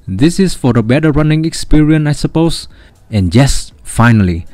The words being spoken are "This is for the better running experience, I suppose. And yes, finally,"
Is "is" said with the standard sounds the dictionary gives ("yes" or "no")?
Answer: no